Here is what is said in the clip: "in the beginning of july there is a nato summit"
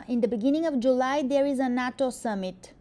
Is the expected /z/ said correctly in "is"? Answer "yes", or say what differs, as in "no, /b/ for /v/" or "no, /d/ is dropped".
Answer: yes